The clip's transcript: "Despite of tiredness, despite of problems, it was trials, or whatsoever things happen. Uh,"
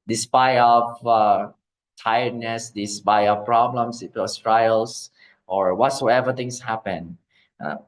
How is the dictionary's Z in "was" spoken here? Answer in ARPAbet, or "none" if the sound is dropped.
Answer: S